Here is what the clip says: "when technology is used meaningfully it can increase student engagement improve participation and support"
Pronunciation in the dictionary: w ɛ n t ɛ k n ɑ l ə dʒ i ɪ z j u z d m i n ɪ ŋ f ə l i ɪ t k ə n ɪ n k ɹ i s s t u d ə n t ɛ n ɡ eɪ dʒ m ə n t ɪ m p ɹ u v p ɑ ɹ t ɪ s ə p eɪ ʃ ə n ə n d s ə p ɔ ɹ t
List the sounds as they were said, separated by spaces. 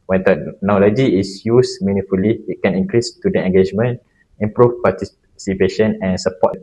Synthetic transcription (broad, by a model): w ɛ n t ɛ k n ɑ l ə dʒ i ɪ s j u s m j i n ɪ f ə l i ɪ t k ə n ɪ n k ɹ i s s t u d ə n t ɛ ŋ ɡ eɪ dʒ m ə n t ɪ m p ɹ u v p ɑ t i s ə p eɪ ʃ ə n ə n s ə p ɔ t